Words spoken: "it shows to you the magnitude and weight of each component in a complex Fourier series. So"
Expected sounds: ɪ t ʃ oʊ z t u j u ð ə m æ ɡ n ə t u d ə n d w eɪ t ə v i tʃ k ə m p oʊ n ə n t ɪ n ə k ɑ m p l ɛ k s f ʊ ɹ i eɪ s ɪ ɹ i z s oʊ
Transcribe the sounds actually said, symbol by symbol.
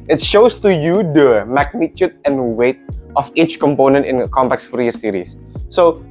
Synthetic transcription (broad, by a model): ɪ t ʃ oʊ s t u j u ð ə m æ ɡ n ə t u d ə n w eɪ t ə f i tʃ k ə m p oʊ n ə n t ɪ n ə k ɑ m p ɛ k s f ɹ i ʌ s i ɹ i s oʊ